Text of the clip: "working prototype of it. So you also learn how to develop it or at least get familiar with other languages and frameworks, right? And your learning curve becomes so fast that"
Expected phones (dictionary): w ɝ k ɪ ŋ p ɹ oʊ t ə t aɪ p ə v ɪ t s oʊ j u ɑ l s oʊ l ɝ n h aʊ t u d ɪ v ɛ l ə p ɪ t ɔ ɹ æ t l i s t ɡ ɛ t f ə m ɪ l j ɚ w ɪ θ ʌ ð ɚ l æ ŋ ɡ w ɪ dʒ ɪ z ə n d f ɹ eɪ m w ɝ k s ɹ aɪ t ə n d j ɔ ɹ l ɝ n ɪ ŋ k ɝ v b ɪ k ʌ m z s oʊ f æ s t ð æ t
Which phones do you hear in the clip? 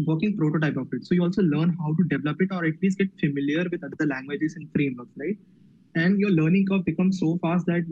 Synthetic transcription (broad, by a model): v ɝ k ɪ ŋ p ɹ oʊ t ə t aɪ p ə f ɪ t s oʊ j u ɑ l s oʊ l ɝ n h aʊ t u d ɪ v ɛ l ə p ɪ t ɔ ɹ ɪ t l i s ɡ ɛ t f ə m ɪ l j ɚ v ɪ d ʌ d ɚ l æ ŋ ɡ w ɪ dʒ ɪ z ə n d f ɹ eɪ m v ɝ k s ɹ aɪ t ə n d j ɔ ɹ l ɝ n ɪ ŋ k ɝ p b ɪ k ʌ m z s oʊ f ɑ s t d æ t